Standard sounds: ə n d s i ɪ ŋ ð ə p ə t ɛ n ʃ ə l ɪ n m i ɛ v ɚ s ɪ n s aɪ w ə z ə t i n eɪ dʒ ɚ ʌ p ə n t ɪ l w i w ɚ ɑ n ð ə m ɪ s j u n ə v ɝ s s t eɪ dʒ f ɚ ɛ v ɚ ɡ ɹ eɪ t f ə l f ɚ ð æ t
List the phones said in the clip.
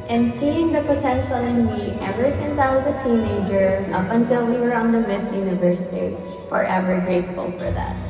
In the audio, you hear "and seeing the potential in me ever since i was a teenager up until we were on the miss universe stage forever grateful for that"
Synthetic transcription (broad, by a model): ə n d s i ɪ ŋ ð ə p ə t ɛ n ʃ ə l ɪ n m i ɛ v ɚ s ɪ n s aɪ w ə z ə t i n eɪ dʒ ɚ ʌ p ə n t ɪ l w i w ɚ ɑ n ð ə m ɪ s j u n ə v ɝ s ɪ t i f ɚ ɛ v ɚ ɡ ɹ eɪ t f ə l f ɚ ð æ t